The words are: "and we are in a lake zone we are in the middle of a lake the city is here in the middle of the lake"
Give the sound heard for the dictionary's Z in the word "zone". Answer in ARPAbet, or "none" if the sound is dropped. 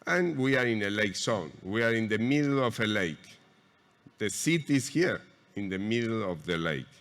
S